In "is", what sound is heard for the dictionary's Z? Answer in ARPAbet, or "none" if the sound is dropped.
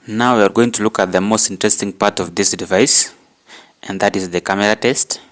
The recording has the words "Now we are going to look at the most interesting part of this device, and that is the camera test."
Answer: Z